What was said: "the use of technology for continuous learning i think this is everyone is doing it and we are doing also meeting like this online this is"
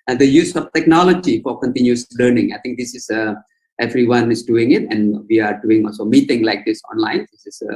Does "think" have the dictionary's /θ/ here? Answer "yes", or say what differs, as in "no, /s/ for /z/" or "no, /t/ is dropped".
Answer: no, /t/ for /θ/